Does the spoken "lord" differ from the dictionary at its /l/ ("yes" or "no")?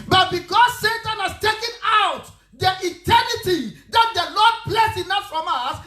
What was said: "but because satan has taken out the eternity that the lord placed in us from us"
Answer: yes